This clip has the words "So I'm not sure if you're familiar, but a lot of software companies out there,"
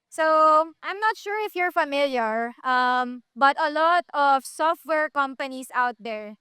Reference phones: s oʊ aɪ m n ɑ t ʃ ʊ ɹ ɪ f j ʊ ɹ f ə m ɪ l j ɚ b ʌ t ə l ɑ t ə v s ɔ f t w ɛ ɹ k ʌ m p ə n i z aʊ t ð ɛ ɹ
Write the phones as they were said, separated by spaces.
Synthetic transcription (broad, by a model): s oʊ aɪ m n ɑ t ʃ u ɹ ɪ f j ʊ ɹ f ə m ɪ l j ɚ b ʌ t ə l ɑ t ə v s ɔ f t w ɛ ɹ k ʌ m p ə n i s aʊ t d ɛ ɹ